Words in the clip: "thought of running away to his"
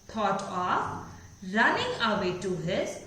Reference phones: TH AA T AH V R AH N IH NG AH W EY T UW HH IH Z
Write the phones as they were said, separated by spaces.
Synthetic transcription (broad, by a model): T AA T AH F R AH N IH NG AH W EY T UW HH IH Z